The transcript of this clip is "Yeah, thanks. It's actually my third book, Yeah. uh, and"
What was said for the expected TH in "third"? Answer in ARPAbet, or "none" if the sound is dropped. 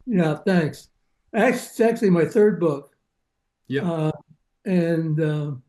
TH